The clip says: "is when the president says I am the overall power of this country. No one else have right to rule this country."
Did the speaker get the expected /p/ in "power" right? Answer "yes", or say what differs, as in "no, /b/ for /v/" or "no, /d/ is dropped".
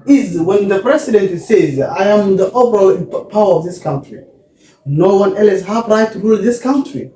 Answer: yes